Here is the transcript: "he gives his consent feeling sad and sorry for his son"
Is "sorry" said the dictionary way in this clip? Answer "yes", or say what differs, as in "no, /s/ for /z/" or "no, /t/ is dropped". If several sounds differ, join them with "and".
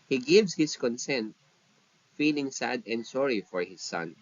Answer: yes